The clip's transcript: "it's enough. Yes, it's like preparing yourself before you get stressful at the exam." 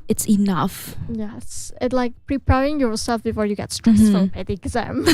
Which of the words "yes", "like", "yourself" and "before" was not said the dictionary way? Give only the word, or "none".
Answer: none